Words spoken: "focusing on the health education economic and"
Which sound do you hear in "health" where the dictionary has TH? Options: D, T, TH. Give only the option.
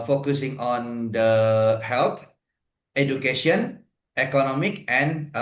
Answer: T